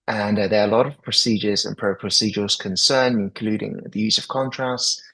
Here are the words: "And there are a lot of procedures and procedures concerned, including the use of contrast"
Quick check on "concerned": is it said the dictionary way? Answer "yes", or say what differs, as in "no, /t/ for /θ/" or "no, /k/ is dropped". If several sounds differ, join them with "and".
no, /d/ is dropped